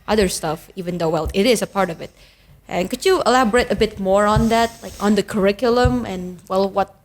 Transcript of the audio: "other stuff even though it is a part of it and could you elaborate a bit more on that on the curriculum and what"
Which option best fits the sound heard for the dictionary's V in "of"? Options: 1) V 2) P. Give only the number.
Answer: 1